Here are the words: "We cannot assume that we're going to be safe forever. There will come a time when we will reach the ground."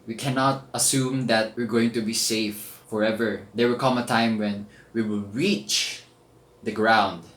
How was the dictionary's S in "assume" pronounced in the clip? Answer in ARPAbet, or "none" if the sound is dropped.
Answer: S